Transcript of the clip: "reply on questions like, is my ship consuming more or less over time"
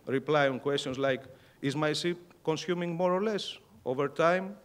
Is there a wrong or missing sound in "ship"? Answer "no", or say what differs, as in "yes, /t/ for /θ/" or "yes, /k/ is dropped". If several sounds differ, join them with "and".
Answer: yes, /s/ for /ʃ/